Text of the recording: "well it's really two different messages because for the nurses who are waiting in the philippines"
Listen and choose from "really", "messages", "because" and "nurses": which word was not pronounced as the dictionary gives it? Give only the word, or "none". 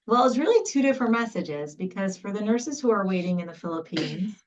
none